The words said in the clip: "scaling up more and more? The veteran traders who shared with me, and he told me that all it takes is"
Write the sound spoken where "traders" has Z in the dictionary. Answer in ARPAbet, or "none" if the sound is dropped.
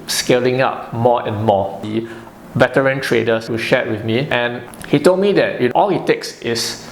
S